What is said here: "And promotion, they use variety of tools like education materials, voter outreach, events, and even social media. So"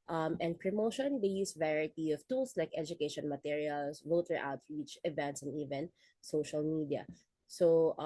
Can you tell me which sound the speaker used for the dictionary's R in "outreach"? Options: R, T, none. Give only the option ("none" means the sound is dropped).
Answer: none